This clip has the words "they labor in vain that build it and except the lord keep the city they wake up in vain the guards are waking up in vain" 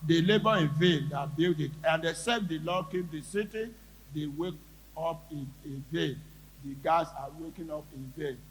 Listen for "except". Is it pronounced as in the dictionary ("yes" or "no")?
no